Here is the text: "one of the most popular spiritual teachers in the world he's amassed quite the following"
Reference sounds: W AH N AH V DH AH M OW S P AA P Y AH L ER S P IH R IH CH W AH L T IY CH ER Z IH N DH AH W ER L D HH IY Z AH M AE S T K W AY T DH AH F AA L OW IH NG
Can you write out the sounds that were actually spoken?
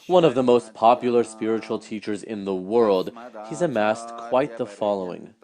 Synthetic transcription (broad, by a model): W AH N AH V DH AH M OW S P AA P Y L ER S P IH R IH CH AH L T IY CH ER Z IH N DH AH W ER L D HH IY Z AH M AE S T K W AY T DH AH F AA L OW IH NG